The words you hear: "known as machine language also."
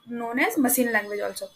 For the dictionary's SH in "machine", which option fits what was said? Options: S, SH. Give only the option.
S